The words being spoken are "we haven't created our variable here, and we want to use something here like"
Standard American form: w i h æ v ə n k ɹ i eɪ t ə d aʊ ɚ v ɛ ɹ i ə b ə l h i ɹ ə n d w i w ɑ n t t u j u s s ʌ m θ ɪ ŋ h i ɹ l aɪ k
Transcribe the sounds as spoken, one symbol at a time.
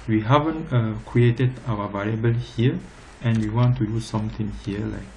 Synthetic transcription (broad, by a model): w i h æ v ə n k ɹ i eɪ t ə d aʊ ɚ v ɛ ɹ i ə b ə l h i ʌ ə n w i w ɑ n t t u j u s s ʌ m t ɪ ŋ h i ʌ l aɪ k